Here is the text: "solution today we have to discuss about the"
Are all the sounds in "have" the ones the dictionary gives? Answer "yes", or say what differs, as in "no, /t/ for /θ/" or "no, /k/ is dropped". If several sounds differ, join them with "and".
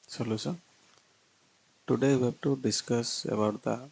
no, /b/ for /v/